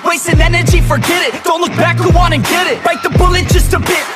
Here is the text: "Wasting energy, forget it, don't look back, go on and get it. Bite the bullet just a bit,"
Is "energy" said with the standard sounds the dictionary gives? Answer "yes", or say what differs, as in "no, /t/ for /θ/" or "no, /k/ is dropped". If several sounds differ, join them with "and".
yes